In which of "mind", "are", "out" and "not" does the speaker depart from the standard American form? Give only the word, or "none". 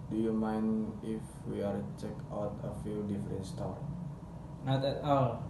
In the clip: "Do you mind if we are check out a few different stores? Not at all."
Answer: mind